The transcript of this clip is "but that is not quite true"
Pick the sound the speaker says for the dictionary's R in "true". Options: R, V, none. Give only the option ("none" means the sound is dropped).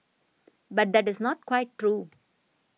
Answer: R